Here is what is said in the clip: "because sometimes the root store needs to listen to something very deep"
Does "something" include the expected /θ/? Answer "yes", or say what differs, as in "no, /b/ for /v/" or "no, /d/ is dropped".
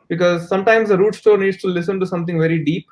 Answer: no, /t/ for /θ/